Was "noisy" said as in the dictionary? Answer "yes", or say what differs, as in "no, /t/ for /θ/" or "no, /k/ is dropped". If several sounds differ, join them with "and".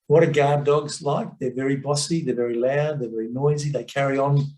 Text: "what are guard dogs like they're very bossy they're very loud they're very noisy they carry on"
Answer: yes